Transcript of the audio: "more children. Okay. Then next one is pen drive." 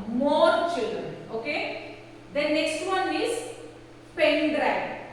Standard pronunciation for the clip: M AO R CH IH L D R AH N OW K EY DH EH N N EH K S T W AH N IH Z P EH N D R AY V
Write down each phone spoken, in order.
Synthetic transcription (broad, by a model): M AO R CH IH L D R AH N OW K EY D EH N N EH K S T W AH N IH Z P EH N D R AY